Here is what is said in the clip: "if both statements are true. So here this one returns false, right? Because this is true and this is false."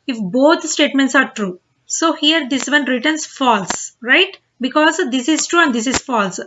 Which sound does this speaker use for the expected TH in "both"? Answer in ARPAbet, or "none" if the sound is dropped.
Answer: T